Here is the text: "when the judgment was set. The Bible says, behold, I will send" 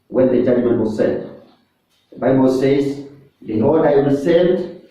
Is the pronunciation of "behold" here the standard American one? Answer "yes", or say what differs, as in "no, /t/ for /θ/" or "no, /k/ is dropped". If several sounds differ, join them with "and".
no, /l/ is dropped